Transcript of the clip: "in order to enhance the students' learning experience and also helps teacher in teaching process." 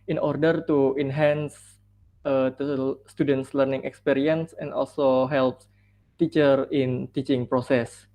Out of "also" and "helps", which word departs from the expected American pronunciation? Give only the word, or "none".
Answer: helps